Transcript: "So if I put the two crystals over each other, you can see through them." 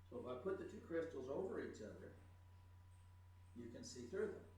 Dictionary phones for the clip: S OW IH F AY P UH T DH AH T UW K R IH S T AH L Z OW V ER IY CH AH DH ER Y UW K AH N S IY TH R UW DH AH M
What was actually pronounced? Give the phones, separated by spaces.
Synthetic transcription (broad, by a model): S OW IH F AY P UH T DH AH T UW K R IH S T L Z OW V ER IY CH AH DH ER Y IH K AH N S IY TH R UW DH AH M